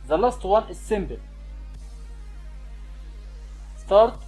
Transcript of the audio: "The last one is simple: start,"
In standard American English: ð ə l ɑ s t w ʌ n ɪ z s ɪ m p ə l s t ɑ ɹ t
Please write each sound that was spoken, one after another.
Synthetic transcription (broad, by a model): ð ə l ɑ s t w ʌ n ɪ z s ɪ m b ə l s t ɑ ɹ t